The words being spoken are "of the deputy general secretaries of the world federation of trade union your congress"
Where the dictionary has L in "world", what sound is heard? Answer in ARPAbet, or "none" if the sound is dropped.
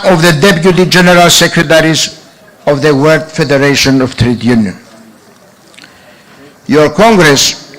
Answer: none